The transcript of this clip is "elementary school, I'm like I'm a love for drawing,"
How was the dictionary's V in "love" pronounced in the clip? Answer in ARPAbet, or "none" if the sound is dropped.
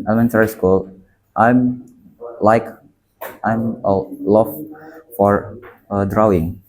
F